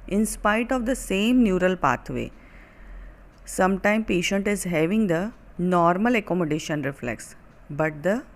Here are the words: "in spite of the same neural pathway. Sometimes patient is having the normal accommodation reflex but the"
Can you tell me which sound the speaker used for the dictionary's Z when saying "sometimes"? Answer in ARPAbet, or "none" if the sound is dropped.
none